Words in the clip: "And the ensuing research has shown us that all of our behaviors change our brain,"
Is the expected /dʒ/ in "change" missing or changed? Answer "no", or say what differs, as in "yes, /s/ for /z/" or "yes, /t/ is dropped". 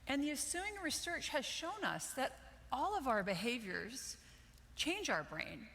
no